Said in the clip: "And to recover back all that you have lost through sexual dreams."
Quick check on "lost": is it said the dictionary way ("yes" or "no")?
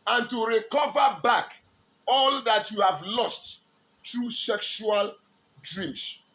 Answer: yes